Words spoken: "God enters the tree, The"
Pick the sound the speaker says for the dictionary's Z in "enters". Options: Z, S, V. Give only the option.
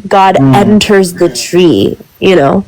Z